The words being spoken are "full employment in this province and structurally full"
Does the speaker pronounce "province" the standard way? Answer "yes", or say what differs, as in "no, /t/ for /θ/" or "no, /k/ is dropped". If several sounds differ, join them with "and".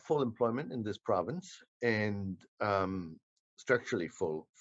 yes